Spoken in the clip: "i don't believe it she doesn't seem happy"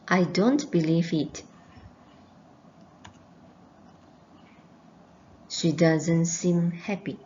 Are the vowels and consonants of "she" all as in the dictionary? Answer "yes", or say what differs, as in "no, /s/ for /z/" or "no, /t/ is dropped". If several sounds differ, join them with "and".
yes